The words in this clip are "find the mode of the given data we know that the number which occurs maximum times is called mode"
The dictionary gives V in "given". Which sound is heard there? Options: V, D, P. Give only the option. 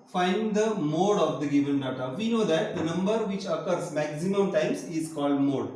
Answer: V